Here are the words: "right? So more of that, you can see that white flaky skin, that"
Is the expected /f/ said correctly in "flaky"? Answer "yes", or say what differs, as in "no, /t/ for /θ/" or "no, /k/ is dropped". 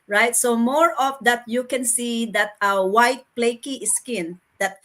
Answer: no, /p/ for /f/